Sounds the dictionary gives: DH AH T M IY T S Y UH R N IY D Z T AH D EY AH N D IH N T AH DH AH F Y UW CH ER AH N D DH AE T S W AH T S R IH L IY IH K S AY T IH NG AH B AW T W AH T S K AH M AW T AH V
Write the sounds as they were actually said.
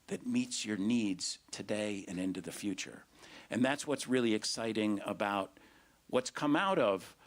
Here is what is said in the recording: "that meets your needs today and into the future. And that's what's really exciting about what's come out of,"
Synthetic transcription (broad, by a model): DH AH T M IY T S Y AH R N IY D Z T AH D EY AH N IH N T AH DH AH F Y UW CH ER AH N DH AE T S W AH T S R IH L IY IH K S AY T IH NG AH B AW T W AH T S K AH M AW T AH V